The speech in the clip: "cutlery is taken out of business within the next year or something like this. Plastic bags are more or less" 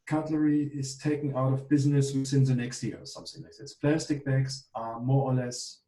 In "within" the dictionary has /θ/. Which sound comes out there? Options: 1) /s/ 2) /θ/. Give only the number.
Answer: 1